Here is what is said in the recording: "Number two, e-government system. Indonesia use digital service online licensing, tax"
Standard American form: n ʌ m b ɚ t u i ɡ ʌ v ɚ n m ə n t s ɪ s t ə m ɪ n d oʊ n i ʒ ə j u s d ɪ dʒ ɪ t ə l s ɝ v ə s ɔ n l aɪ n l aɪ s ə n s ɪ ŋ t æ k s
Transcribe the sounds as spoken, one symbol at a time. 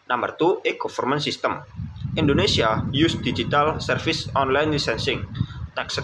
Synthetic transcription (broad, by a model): n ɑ m b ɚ t u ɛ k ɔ f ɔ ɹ m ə n s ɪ s t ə m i n d oʊ n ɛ s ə j u s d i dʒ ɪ t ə l s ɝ f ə s ɔ n l aɪ n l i s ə n s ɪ ŋ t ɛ k s